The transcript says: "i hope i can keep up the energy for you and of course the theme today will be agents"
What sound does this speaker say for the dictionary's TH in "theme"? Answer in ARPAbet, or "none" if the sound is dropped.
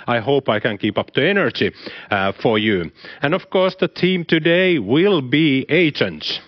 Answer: T